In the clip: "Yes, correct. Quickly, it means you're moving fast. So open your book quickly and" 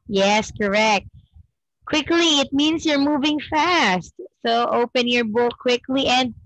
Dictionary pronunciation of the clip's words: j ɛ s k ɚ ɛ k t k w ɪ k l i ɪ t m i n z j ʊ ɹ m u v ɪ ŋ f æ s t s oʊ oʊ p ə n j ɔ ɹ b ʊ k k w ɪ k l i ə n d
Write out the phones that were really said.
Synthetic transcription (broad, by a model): j ɛ s k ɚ ɛ k t k w ɪ k l i ɪ t m i n s j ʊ ɹ m u v ɪ ŋ f æ s t s oʊ oʊ p ə n j ɔ ɹ b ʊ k k w ɪ k l i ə n d